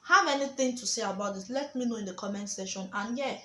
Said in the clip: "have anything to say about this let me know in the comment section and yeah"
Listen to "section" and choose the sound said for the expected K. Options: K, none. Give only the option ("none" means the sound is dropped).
none